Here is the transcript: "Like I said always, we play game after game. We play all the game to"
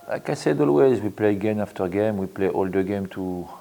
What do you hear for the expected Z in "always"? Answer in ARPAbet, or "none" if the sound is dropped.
Z